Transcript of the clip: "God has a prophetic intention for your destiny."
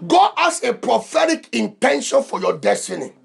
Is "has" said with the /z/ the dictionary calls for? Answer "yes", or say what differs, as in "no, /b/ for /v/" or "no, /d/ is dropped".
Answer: no, /s/ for /z/